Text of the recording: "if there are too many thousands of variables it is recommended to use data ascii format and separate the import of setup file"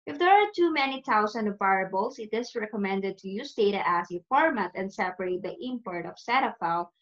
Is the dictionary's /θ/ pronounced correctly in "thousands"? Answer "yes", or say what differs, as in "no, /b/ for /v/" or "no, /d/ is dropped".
no, /t/ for /θ/